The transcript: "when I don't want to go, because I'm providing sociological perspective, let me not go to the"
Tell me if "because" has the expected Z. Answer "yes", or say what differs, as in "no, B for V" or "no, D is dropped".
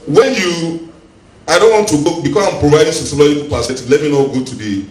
no, S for Z